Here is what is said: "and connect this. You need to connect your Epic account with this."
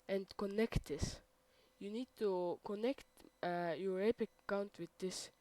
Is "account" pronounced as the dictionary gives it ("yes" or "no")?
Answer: no